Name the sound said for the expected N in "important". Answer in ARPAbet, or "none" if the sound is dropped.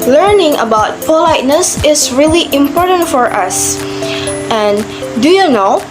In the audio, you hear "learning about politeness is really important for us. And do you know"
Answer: N